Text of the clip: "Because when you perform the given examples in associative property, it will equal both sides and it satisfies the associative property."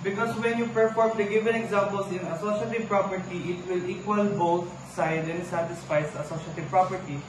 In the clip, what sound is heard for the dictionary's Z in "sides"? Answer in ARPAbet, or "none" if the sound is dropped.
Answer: none